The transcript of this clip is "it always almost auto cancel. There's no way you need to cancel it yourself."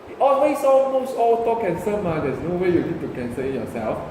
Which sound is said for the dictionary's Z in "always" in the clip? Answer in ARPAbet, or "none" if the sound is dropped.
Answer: S